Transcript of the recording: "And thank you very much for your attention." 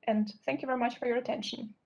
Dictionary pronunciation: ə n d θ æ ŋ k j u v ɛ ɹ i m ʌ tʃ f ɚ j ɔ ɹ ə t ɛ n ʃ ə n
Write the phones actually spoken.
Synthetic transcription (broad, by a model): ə n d θ æ ŋ k j u v ɛ ɹ i m ʌ tʃ f ɚ j ɔ ɹ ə t ɛ n ʃ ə n